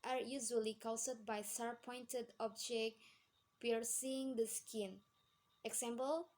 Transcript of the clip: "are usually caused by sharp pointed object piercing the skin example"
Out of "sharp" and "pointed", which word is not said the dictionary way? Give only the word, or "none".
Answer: sharp